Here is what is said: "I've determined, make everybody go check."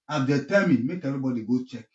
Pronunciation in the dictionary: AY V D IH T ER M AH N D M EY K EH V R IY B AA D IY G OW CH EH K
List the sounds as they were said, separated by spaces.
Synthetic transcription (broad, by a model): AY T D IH T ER M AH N M EY K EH R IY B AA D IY G OW CH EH K